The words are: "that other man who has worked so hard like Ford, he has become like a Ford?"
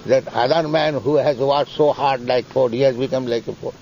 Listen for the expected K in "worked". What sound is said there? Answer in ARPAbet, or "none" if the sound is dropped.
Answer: none